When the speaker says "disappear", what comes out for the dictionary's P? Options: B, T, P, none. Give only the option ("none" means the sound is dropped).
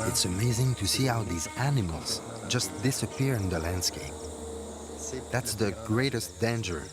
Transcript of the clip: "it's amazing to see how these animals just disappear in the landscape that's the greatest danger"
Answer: P